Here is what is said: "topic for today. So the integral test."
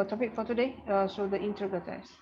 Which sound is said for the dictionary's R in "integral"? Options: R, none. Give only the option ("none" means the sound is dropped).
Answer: none